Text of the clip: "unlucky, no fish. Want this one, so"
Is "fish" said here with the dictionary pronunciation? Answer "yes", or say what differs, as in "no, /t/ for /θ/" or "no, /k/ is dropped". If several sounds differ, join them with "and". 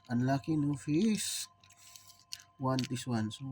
no, /s/ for /ʃ/